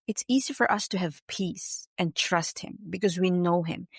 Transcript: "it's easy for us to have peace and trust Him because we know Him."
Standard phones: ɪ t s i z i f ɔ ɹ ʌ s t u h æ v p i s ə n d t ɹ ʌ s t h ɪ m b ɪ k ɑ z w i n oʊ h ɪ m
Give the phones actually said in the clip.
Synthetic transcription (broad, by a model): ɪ t s i z i f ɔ ɹ ʌ s t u h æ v p i s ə n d t ɹ ʌ s t h ɪ m b ɪ k ɑ z w i n oʊ h ɪ m